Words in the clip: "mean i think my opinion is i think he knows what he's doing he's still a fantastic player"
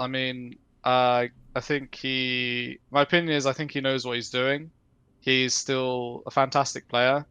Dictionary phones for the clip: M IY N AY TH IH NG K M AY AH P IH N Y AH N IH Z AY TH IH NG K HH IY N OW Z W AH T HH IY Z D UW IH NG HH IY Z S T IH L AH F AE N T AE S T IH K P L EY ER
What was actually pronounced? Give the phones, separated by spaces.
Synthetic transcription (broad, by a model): M IY N AY TH IH NG K M AY AH P IH N Y AH N IH Z AY TH IH NG K HH IY N OW Z W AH T HH IY Z D UW IH NG HH IY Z S T IH L AH F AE N T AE S T IH K P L EY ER